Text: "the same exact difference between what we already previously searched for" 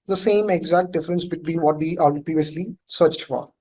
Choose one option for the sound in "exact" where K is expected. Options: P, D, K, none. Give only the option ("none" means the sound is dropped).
K